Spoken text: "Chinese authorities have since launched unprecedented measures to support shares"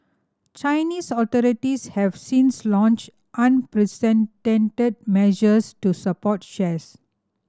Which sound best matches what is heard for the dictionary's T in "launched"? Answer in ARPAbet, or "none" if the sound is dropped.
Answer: T